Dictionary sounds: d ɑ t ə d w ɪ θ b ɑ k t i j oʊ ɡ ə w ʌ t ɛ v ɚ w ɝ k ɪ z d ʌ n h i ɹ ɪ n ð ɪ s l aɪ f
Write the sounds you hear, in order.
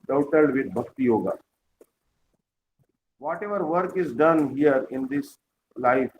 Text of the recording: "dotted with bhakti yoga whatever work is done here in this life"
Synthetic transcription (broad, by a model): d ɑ t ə d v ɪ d b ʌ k t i j oʊ ɡ ə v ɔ t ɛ v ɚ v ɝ k ɪ z d ʌ n h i ɹ ɪ n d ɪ s l aɪ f